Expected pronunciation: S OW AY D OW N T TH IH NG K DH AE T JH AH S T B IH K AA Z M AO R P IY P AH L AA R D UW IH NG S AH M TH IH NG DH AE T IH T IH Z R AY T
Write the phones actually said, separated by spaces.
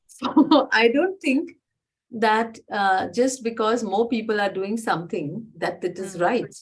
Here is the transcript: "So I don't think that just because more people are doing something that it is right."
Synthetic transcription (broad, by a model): S OW AY D OW N T T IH NG K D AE T JH AH S T B IH K AA Z M AO R P IY P AH L AA R D UW IH NG S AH M T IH NG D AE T IH T IH Z R AY T